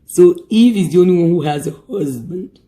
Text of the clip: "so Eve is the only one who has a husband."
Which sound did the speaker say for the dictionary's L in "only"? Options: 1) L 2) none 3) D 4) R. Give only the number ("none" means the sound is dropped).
2